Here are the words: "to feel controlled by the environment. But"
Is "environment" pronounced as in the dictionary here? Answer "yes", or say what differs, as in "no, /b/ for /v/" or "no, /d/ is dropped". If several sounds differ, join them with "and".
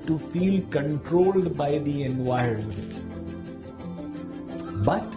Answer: no, /ɹ/ is dropped